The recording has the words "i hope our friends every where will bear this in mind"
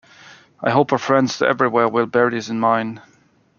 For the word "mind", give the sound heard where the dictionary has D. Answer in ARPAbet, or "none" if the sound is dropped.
none